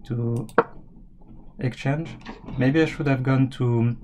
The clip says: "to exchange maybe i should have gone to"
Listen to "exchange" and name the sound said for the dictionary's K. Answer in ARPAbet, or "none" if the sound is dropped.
K